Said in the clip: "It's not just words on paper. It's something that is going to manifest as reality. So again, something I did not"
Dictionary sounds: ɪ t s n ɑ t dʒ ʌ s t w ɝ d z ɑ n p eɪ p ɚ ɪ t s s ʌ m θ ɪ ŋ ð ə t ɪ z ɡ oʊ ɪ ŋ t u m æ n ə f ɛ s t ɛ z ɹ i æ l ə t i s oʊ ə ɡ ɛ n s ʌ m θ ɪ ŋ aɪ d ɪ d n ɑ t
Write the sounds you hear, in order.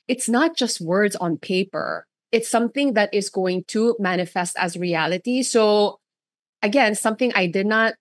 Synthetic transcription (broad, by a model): ɪ t s n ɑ t dʒ ʌ s t w ɝ d z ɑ n p eɪ p ɚ ɪ t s s ʌ m θ ɪ ŋ ð ə t ɪ z ɡ oʊ ɪ ŋ t u m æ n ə f ɛ s t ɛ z ɹ i æ l ə t i s oʊ ə ɡ ɛ n s ʌ m θ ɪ ŋ aɪ d ɪ d n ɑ t